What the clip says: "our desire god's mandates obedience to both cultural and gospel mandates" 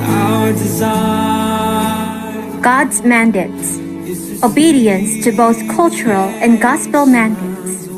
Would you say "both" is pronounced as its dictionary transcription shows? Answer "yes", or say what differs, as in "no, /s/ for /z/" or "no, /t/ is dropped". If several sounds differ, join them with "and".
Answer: yes